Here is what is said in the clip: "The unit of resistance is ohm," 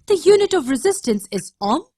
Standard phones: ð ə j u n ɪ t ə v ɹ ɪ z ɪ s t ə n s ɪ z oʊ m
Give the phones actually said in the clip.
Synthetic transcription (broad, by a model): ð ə j u n ɪ t ə v ɹ ɪ z ɪ s t ə n s ɪ z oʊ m